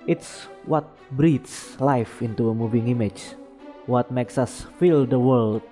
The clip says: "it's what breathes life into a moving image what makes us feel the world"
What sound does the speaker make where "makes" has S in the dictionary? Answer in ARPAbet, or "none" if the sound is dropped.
S